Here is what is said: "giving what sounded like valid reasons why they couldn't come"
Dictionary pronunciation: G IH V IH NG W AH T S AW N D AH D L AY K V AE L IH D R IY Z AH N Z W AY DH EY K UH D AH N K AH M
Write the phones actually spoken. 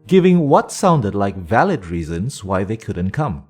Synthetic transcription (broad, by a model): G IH V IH NG W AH T S AW N D AH D L AY K V AE L IH D R IY Z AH N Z W AY DH EY K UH D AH N K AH M